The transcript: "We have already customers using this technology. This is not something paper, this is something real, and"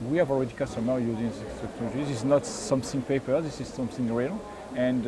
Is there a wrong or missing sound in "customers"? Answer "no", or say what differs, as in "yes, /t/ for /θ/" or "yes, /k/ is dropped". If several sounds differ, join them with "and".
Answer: yes, /z/ is dropped